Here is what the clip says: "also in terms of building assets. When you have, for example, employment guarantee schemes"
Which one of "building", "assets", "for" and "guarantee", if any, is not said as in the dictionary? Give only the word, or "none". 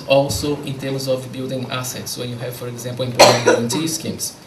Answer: guarantee